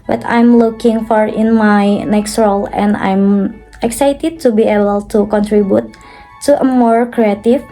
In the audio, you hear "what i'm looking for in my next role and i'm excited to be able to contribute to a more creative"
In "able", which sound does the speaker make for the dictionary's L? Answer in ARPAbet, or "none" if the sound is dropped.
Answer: L